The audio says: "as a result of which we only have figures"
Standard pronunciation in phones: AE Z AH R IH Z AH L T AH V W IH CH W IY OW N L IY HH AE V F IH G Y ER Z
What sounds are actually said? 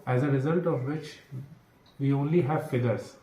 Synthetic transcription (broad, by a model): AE Z AH R IH Z AH L T AH V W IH CH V IY OW N L IY HH AE V F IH G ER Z